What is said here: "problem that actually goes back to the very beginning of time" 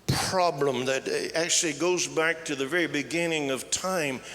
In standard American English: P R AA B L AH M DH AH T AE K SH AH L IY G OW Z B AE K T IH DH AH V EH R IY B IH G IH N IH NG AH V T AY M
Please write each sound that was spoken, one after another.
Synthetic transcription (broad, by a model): P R AA B L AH M DH AH T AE K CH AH L IY G OW Z B AE K T IH DH AH V EH R IY B IH G IH N IH NG AH V T AY M